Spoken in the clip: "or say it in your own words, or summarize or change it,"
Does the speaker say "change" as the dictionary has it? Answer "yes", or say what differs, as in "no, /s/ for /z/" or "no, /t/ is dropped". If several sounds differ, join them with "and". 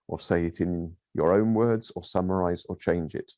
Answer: yes